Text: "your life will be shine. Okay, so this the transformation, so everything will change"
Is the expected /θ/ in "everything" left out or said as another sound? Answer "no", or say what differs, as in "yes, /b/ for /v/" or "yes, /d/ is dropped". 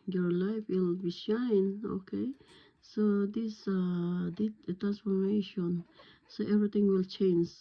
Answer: yes, /t/ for /θ/